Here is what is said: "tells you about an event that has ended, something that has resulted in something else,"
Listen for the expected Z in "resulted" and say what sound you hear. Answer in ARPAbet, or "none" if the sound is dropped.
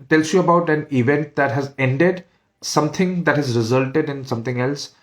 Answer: Z